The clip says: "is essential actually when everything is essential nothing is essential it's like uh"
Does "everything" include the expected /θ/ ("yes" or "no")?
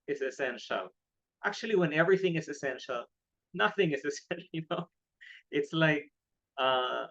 yes